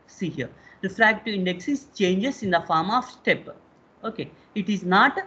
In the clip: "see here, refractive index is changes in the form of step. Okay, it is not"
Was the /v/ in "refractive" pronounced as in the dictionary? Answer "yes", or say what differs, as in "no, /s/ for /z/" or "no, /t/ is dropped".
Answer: no, /v/ is dropped